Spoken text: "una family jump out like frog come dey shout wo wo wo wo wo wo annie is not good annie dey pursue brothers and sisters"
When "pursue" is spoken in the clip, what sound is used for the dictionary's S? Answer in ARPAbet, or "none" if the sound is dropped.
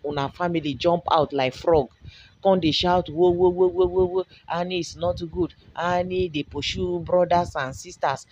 SH